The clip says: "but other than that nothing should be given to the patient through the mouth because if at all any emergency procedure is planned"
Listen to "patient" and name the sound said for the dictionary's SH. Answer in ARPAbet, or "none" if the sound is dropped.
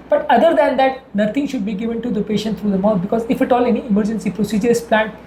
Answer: SH